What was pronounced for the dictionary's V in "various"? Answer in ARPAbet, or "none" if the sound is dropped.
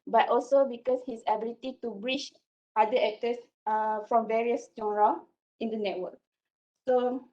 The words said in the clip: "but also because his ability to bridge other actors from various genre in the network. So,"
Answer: V